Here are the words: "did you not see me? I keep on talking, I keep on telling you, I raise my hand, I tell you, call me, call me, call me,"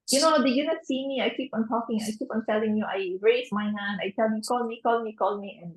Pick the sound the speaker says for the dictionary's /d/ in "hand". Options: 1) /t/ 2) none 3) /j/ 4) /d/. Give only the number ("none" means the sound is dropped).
2